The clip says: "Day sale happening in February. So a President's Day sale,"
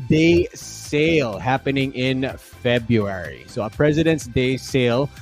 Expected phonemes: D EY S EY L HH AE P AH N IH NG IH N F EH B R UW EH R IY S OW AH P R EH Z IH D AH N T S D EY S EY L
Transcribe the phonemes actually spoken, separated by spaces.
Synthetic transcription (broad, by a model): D EY S EY L HH AE P AH N IH NG IH N F EH B R UW EH R IY S OW AH P R EH Z IH D AH N T S D EY S EY L